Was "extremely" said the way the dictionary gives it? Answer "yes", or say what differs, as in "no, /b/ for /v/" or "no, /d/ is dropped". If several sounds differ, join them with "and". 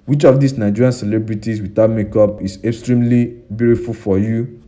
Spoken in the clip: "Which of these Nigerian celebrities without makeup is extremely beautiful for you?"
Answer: yes